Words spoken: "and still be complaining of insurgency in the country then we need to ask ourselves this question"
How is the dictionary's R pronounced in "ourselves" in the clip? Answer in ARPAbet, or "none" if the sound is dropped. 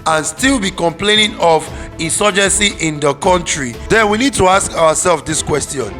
W